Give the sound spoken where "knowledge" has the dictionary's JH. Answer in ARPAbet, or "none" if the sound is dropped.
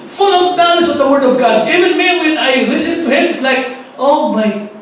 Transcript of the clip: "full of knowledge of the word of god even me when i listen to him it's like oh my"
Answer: Z